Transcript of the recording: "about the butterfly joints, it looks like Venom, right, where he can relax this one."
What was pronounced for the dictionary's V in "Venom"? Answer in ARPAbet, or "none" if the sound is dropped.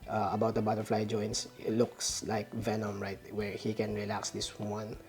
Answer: V